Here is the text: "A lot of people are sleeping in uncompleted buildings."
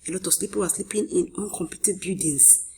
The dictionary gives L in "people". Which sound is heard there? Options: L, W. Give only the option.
W